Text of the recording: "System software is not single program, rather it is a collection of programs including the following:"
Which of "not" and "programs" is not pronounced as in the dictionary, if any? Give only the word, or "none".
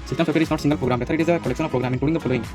programs